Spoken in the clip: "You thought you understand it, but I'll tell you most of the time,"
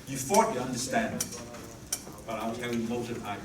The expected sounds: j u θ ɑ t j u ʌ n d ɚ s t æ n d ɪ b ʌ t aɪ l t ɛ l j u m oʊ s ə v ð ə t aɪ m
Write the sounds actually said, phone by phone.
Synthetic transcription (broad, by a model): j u f ɑ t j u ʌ n d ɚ s t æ n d ɪ b ʌ t aɪ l t ɛ l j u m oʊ ə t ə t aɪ